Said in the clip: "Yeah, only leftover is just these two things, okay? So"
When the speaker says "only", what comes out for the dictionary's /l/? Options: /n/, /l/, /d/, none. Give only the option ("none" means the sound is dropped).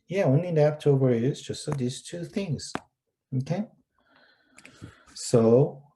none